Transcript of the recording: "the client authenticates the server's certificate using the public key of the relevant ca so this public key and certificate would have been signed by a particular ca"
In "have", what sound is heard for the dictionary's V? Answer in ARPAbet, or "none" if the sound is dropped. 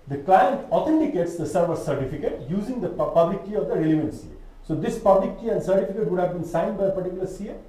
V